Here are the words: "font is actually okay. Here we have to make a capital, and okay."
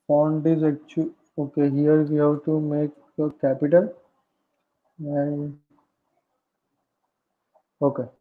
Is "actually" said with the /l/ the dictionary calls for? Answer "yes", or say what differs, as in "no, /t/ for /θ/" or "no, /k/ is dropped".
no, /l/ is dropped